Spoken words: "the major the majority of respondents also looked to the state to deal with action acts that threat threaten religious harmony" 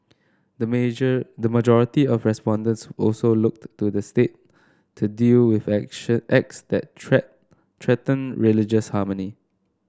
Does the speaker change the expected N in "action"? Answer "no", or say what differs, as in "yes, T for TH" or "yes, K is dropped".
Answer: yes, N is dropped